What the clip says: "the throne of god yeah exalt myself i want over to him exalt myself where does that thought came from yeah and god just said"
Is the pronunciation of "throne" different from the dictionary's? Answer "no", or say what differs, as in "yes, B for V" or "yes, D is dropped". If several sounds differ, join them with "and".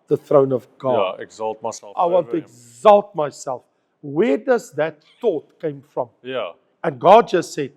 no